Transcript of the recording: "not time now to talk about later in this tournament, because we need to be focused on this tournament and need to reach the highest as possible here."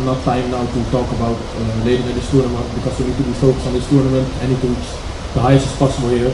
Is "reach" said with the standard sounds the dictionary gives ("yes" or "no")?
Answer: no